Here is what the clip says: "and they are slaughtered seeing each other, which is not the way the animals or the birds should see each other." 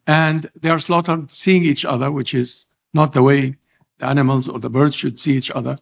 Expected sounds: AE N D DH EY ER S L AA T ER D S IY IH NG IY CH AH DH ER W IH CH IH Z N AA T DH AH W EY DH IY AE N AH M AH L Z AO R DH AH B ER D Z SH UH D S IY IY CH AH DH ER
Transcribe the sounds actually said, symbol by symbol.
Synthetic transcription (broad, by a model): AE N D DH EY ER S L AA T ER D S IY IH NG IY CH AH DH ER W IH CH IH Z N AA T DH AH W EY DH IY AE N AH M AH L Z AO R DH AH B ER D Z SH UH D S IY IY CH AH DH ER